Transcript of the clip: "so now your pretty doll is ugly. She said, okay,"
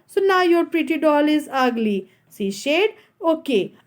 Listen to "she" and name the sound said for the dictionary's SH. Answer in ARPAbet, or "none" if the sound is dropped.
S